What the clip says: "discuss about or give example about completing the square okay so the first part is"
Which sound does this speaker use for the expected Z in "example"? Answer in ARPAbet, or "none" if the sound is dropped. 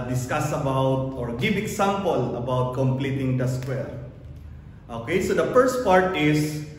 S